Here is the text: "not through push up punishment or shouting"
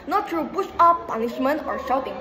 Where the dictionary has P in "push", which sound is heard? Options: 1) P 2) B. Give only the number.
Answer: 2